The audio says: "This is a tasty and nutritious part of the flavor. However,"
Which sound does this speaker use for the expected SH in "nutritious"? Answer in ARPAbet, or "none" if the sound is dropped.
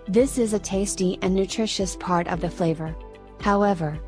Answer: SH